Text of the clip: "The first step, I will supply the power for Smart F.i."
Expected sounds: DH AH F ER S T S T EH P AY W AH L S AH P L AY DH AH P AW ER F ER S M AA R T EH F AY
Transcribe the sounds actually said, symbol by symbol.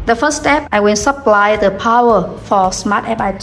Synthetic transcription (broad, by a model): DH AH F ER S S T EH P AY W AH N S AH P L AY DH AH P AW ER F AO S M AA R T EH P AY